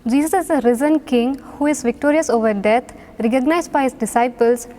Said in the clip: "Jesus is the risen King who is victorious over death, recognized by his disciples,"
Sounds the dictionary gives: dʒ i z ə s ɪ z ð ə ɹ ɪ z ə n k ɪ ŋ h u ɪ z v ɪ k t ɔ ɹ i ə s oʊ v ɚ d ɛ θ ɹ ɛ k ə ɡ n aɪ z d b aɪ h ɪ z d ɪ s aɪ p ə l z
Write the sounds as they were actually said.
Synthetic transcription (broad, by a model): dʒ i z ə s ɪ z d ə ɹ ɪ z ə n k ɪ ŋ h u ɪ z v ɪ k t ɔ ɹ i ə s oʊ v ɚ d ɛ t ɹ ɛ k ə ɡ n aɪ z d b aɪ h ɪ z d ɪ s aɪ p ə l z